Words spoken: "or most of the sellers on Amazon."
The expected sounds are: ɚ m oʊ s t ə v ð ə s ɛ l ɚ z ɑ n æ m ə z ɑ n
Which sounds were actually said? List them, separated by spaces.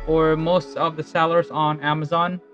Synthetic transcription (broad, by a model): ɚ m oʊ s t ə v ð ə s ɛ l ɚ z n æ m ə z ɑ n